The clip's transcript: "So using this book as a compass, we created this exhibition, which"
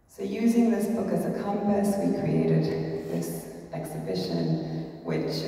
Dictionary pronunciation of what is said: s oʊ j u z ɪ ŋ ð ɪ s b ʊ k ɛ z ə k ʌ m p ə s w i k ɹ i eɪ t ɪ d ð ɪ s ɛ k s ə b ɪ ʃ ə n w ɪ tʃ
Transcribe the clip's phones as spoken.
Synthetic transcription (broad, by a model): s oʊ j u z ɪ ŋ ð ɪ s b ʊ k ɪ z ə k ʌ m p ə s w i k ɹ i eɪ t ɪ d ð ɪ s ɛ k s ə b ɪ ʃ ə n w ɪ tʃ